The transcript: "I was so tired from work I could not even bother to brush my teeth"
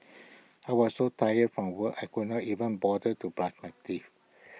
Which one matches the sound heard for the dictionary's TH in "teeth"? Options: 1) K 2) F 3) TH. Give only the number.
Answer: 2